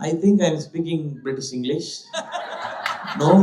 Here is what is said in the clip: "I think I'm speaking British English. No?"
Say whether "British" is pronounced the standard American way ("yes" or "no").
no